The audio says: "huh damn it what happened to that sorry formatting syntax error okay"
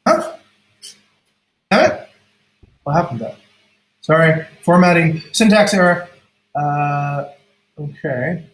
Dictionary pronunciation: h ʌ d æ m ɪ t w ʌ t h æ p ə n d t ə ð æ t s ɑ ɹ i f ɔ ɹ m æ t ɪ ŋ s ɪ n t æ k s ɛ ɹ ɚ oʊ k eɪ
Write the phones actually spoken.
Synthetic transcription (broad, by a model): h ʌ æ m ɪ t w ʌ t h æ p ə n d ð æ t s ɑ ɹ i f ɔ ɹ m æ t ɪ ŋ s ɪ n t æ k s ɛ ɹ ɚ oʊ k eɪ